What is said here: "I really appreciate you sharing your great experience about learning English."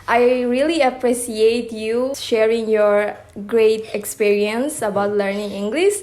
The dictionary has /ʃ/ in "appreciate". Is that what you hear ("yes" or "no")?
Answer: no